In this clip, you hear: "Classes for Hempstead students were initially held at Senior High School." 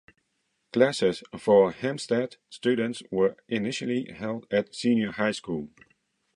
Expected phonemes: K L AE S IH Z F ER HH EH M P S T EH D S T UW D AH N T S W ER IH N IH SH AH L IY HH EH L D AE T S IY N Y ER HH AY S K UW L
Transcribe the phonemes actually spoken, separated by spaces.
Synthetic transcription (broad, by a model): K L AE S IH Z F ER HH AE M S T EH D S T UW D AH N T S W ER IH N IH SH AH L IY HH EH L D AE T S IY N Y ER HH AY S K UW L